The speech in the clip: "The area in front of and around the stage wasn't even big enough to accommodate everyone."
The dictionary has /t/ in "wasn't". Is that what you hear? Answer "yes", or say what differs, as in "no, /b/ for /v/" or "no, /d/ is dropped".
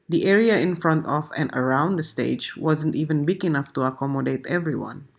yes